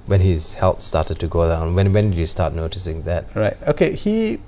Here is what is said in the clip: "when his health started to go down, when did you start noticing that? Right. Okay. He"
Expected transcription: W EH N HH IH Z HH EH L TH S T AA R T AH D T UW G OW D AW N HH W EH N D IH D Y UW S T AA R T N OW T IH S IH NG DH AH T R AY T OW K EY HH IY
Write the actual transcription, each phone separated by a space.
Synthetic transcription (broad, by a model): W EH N HH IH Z HH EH L T S T AA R T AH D T UW G OW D AW N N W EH N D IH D Y UW S T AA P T N OW T IH S IH NG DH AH T R AY T OW K EY HH IY